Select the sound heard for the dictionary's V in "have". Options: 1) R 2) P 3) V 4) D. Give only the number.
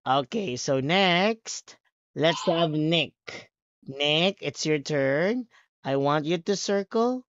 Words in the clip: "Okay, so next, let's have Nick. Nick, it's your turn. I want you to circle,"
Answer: 3